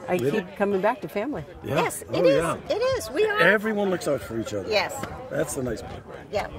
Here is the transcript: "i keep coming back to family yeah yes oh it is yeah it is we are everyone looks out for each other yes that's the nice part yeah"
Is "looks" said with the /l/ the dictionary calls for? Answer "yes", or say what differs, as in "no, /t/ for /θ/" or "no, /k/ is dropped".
yes